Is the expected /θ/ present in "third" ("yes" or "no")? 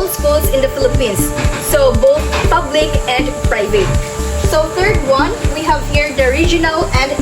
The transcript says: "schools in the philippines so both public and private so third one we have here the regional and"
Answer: no